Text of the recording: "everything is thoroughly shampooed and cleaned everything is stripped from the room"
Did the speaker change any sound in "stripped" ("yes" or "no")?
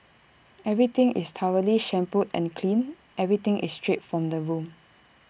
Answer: yes